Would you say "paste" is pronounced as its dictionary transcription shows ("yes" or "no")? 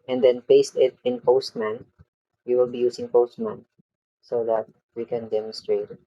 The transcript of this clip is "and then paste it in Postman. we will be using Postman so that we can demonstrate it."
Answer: yes